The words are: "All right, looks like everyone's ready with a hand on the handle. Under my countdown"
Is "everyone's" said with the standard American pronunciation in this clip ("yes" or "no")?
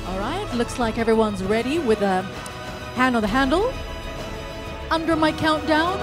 yes